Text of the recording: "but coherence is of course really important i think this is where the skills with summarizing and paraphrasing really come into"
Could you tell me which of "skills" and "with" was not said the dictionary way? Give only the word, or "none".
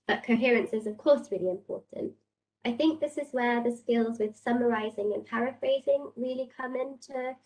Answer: none